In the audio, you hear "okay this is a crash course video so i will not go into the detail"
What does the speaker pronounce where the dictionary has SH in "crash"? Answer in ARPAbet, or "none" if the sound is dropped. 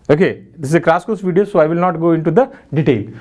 S